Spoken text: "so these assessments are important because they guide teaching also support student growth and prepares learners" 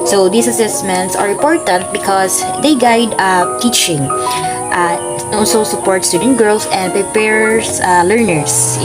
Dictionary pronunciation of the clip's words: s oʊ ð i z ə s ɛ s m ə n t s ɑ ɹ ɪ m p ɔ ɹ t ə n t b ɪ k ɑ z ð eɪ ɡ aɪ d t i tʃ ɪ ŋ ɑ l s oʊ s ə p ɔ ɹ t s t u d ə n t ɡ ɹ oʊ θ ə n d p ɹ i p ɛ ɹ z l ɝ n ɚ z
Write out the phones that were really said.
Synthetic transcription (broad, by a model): s oʊ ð i s ə s ɛ s m ə n t s ɑ ɹ ɪ m p ɔ ɹ t ə n t b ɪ k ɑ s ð eɪ ɡ aɪ d t i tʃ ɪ ŋ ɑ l s oʊ s ə p ɔ ɹ t s t u d ə n t ɡ ɹ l s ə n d p ɹ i p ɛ ɹ s l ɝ n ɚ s